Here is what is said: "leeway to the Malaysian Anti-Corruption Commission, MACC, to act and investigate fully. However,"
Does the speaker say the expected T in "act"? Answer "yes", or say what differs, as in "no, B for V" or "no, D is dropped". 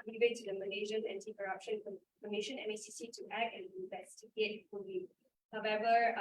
no, T is dropped